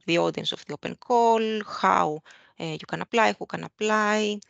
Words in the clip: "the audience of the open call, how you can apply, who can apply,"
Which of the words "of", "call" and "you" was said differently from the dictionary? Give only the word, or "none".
of